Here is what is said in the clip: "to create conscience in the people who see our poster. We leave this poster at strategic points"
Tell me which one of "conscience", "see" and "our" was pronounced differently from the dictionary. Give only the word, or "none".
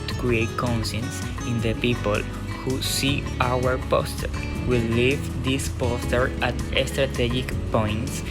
conscience